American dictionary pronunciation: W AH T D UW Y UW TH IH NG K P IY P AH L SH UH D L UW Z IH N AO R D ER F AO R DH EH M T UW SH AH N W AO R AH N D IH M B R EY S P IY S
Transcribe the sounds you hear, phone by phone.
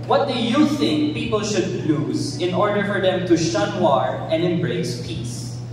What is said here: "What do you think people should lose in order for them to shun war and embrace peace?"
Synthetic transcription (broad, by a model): W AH T D UW Y UW TH IH NG K P IY P AH L SH UH D L UW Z IH N AO R D ER F AO R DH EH M T UW SH AH N W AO R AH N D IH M B R EY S P IY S